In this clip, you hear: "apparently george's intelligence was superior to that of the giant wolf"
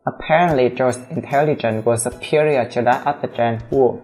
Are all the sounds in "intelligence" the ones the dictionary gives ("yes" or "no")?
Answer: no